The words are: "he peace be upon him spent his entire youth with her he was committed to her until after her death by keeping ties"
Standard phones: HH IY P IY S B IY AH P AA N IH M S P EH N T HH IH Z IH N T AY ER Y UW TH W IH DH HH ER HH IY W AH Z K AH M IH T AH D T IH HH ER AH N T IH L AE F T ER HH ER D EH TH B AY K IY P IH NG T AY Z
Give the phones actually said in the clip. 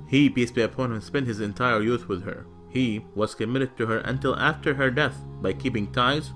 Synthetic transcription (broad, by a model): HH IY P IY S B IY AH P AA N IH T S P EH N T HH IH Z IH N T AY ER Y UW TH W IH DH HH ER HH IY W AH Z K AH M IH T AH D T IH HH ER AH N T IH L AE F T ER HH ER D EH TH B AY K IY P IH NG T AY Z